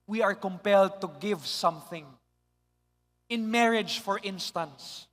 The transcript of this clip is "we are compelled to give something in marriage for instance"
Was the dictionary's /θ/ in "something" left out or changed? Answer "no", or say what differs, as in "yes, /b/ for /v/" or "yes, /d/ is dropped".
no